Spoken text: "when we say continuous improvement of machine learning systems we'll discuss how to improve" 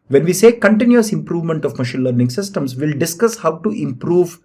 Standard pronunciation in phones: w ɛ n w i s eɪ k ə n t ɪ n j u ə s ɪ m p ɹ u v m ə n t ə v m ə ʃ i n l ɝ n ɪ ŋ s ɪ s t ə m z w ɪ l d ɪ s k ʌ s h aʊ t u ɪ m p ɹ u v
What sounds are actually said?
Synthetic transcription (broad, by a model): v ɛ n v i s eɪ k ə n t ɪ n j u ə s ɪ m p ɹ u v m ə n t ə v m ə ʃ i n l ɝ n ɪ ŋ s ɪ s t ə m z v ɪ l d ɪ s k ʌ s h aʊ t u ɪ m p ɹ u v